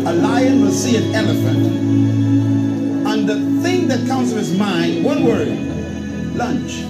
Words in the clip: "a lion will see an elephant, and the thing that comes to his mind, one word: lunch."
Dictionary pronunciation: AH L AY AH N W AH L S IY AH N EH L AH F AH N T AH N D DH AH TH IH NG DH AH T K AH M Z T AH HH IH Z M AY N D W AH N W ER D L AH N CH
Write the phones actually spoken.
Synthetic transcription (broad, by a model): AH L AY AH N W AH S IY AH N EH L AH F AH N T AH N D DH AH TH IH NG DH AH T K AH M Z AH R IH Z M AY N D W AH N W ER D L AH N CH